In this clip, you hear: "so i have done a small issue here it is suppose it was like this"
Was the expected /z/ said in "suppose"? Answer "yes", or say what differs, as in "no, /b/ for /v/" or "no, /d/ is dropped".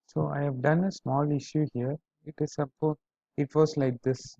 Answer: no, /z/ is dropped